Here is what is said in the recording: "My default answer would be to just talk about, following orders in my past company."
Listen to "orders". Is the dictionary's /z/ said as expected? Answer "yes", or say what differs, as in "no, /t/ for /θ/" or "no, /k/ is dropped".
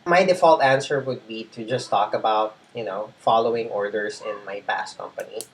no, /s/ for /z/